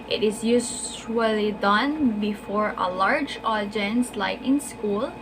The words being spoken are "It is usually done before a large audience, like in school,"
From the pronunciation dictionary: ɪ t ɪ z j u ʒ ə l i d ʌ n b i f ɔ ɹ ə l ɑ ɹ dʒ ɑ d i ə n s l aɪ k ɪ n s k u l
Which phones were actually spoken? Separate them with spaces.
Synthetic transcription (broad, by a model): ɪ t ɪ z j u s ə l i d ʌ n b i f ɔ ɹ ə l ɑ ɹ dʒ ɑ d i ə n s l aɪ k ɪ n s k u l